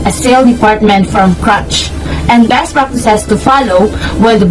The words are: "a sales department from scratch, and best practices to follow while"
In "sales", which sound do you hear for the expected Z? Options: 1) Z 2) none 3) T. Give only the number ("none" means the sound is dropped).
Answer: 2